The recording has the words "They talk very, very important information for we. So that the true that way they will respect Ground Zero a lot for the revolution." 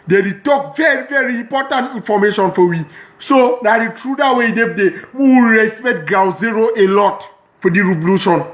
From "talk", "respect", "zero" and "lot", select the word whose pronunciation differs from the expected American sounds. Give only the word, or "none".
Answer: respect